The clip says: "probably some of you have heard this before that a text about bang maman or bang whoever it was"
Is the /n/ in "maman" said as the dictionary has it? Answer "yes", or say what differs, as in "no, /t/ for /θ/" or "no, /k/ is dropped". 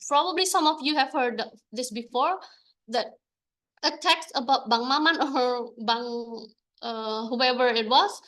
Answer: yes